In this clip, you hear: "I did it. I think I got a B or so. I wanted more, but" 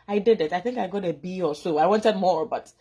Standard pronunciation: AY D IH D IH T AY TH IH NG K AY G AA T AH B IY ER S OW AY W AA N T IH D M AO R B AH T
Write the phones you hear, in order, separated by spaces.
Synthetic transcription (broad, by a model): AY D IH D IH T AY TH IH NG K AY G AA T AH B IY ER S OW AY W AA N T IH D M AO R B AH T